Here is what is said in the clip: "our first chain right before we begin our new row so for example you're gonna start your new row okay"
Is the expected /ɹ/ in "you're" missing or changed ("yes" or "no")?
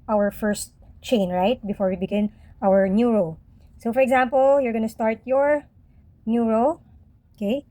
no